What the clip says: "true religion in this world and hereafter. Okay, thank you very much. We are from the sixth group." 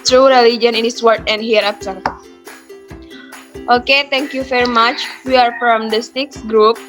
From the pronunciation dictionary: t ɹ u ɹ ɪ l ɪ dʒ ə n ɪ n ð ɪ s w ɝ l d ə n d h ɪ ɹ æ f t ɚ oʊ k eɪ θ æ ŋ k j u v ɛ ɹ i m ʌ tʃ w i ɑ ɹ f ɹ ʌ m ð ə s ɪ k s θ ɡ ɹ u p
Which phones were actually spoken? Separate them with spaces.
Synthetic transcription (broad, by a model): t ɹ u ɹ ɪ l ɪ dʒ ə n ɪ n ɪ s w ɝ d ə n d h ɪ ɹ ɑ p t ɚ oʊ k eɪ t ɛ ŋ k j u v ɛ ɹ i m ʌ tʃ w i ɑ ɹ f ɹ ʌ m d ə s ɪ k s ɡ ɹ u p